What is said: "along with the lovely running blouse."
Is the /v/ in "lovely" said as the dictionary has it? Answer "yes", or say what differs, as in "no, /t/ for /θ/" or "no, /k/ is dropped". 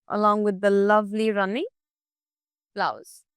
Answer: yes